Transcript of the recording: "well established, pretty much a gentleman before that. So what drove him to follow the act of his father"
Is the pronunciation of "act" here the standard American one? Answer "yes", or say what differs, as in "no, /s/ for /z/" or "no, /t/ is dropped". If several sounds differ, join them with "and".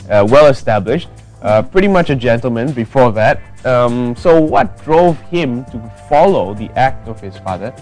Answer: yes